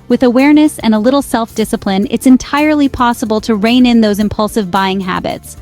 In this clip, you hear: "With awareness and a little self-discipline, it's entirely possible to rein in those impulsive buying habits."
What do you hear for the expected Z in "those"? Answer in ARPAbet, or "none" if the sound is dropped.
Z